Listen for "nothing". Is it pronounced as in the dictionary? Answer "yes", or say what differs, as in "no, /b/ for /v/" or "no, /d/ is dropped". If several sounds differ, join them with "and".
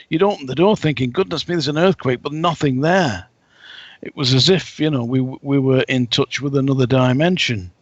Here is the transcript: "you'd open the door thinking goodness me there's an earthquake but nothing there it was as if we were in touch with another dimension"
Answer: yes